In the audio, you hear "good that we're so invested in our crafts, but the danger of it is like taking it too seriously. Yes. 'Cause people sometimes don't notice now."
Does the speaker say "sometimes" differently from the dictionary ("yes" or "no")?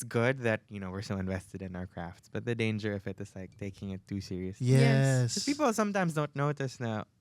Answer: no